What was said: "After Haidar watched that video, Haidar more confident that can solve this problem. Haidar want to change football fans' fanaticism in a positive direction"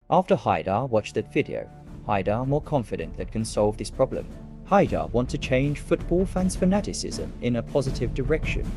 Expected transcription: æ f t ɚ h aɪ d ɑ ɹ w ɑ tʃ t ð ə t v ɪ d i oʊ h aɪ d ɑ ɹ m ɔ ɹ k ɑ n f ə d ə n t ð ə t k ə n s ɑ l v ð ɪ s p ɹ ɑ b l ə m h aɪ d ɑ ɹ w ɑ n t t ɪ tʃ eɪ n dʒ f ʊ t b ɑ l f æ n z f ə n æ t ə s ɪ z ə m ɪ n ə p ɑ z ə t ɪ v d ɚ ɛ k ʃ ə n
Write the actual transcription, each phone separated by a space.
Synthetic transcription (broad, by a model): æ f t ɚ h aɪ d ɑ ɹ w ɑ tʃ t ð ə t f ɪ d i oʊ h aɪ d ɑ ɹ m ɔ ɹ k ɑ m f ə d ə n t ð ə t k ə n s ɑ l v ð ɪ s p ɹ ɑ b l ə m h aɪ d ɑ ɹ w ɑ n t t ɪ tʃ eɪ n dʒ f ʊ t b ɑ l f æ n z f ə n æ t ə s ɪ z ə m ɪ n ə p ɑ z ə t ɪ v d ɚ ɛ k ʃ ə n